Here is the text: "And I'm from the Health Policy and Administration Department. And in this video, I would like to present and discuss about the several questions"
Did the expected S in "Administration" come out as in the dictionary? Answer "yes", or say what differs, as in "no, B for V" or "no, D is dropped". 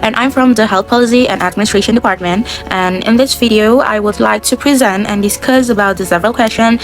yes